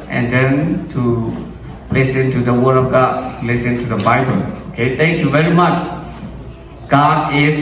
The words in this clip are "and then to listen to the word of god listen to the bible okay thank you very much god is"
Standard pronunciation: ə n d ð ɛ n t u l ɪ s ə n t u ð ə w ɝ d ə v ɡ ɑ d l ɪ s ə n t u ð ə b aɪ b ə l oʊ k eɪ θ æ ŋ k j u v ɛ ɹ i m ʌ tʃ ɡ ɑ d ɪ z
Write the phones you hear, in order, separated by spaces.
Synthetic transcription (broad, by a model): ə n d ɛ n t u l ɪ s ə n t u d ə w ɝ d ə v ɡ ɑ d l ɪ s ə n t u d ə b aɪ b ə l oʊ k eɪ t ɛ ŋ k j u v ɛ ɹ i m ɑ tʃ ɡ ɑ d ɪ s